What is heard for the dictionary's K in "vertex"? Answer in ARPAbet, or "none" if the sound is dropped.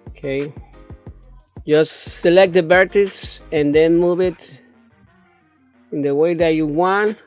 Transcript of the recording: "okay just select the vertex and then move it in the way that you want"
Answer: none